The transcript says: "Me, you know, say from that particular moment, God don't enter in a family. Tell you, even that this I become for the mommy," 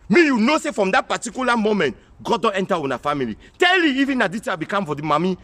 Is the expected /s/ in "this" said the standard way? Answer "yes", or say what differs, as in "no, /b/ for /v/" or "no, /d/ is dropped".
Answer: no, /s/ is dropped